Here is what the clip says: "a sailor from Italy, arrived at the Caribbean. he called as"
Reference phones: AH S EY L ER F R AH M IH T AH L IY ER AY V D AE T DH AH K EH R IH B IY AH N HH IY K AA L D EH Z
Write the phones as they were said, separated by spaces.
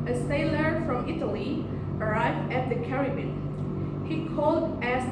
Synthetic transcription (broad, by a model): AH S EY L ER F R AH M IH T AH L IY ER AY V D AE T DH AH K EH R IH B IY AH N HH IY K AA L D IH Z